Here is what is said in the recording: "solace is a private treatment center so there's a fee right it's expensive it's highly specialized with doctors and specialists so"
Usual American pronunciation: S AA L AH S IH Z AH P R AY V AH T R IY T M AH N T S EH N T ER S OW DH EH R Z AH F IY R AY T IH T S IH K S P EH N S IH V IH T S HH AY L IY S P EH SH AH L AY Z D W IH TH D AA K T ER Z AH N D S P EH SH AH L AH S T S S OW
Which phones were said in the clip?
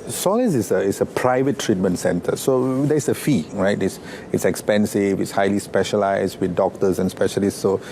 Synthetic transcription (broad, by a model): S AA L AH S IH S AH P R AY V AH T R IY T M AH N T S EH N T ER S OW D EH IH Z AH F IY R AY T IH T S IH K S P EH N S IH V IH T S HH AY L IY S P EH SH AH L AY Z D W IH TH D AA K T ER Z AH N S P EH SH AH L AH S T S S OW